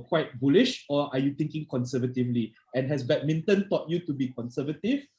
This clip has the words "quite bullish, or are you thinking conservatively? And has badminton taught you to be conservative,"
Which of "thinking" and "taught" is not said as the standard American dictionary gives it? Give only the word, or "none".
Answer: thinking